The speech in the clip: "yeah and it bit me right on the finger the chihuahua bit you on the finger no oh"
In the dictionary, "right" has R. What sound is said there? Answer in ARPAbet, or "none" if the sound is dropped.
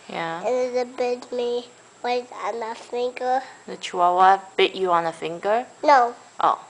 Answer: W